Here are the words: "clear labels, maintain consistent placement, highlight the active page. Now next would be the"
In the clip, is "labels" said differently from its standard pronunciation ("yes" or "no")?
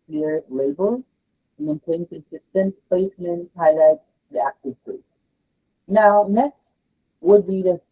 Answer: yes